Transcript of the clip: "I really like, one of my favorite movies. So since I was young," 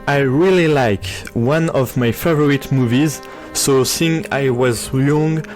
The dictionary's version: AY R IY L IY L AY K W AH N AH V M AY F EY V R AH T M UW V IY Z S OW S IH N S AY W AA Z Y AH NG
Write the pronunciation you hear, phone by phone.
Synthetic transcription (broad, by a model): AY R IY L IY L AY K W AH N AH V M AY F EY V R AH T M UW V IY Z S OW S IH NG AY W AA Z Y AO NG